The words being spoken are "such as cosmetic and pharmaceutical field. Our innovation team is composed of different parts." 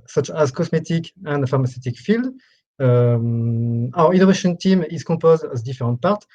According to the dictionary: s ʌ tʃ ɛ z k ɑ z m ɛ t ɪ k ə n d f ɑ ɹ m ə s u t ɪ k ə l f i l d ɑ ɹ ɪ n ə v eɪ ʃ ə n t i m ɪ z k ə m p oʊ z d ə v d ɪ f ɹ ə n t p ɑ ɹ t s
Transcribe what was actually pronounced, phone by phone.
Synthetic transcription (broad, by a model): s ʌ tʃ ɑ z k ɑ s m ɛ t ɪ k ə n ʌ f ɑ ɹ m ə s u t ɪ k f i l d ɑ ɹ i n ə v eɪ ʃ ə n t i m ɪ z k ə p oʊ z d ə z d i f ɹ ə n t p ɑ ɹ t